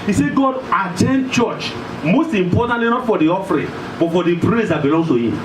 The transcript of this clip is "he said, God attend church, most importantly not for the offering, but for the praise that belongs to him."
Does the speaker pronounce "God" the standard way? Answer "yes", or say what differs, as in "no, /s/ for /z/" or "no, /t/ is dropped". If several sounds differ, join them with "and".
yes